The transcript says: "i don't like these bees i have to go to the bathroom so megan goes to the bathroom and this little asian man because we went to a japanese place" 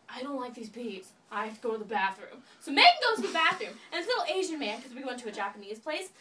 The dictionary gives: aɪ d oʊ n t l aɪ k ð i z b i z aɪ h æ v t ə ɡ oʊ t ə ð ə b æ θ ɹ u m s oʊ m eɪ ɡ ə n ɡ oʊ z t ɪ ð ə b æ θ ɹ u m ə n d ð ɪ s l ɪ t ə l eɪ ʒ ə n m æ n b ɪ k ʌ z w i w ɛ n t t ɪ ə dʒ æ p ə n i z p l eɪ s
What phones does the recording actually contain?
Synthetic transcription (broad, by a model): aɪ d oʊ n t l aɪ k ð i z b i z aɪ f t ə ɡ oʊ t ə ð ə b æ θ ɹ u m s oʊ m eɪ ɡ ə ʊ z t ɪ ð ə b æ θ ɹ u m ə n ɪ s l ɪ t l eɪ ʒ ə n m æ n k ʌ z w i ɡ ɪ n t t ɪ ə dʒ æ p ə n i z p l eɪ s